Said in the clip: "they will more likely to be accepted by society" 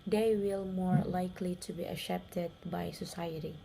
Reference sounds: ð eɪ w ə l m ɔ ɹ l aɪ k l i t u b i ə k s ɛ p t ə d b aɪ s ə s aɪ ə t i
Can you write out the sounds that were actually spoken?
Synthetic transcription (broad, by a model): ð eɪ w ə l m ɔ ɹ l aɪ k l i t u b i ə s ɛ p t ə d b aɪ s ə s aɪ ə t i